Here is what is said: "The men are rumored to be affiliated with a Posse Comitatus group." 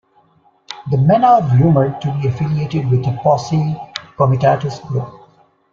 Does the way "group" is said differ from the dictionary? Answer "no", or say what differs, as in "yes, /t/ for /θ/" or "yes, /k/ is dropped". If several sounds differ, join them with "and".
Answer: yes, /p/ is dropped